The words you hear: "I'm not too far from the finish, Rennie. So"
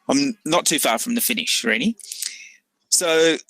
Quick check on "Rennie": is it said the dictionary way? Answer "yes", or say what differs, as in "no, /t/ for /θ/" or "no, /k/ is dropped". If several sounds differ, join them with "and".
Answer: no, /l/ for /n/